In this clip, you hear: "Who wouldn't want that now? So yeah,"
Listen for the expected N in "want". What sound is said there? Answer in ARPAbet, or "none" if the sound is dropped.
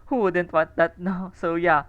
none